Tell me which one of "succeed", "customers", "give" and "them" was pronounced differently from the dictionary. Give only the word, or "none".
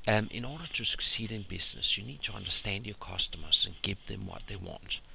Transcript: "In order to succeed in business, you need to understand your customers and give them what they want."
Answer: none